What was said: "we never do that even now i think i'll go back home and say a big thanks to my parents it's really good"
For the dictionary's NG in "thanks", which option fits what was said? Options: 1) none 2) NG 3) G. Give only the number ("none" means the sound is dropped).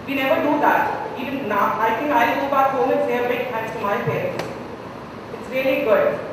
1